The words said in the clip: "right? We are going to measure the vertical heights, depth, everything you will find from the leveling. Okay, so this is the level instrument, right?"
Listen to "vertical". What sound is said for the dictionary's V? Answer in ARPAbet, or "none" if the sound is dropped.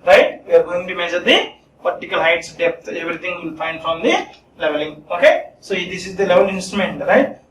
P